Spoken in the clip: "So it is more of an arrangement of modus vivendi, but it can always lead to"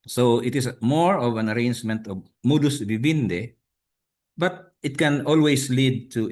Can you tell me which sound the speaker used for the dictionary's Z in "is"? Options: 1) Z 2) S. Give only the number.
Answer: 2